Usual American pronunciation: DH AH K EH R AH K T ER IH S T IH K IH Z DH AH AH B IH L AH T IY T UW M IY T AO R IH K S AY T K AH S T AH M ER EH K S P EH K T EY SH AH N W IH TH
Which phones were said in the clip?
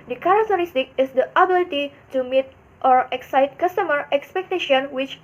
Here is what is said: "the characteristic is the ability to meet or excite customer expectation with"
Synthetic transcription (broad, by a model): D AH K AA R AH K T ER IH S T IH K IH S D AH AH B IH L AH T IY T UW M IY T AO R IH K S AY T K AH S T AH M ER EH K S P EH K T EY SH AH N W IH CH